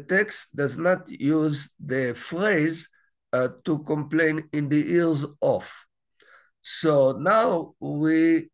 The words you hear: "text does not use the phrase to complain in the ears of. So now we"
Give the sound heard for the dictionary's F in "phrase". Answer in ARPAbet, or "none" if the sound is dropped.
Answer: F